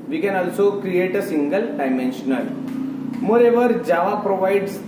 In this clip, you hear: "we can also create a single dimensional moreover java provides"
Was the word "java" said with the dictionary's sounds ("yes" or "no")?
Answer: yes